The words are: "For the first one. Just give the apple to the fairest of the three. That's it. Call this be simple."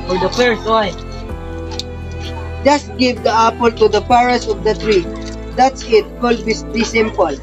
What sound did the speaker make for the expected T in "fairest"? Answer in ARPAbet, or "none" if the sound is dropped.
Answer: none